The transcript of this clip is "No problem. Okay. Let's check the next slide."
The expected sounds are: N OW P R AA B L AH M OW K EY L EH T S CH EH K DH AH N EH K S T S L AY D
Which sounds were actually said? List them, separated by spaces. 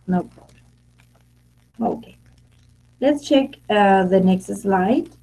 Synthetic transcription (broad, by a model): N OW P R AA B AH OW K EY L EH T S CH EH K DH AH N EH K S T S L AY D